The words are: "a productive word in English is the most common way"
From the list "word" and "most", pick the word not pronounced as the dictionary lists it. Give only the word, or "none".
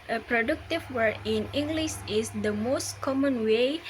word